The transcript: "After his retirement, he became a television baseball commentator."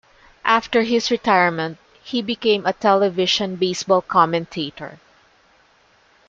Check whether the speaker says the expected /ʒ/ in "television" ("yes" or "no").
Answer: no